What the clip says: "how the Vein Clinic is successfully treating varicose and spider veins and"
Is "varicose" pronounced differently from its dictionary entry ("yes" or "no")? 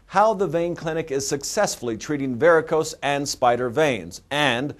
no